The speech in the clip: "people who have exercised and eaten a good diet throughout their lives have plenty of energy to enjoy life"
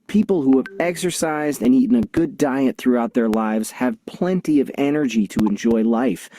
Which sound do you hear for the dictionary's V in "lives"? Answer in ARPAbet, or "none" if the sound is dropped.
V